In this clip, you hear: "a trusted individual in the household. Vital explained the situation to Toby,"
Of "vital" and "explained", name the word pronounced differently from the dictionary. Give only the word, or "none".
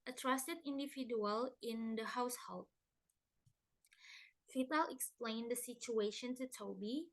vital